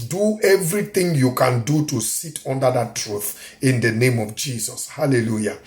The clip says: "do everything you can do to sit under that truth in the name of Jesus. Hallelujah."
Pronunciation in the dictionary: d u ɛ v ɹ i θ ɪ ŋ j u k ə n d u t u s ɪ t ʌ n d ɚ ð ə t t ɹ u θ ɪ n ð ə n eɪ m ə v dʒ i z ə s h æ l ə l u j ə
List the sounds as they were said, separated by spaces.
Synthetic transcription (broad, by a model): d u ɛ v ɹ i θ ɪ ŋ j u k ə n d u t u s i t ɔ n d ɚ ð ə t t ɹ u θ ɪ n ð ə n eɪ m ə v dʒ i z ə s h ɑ l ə l u j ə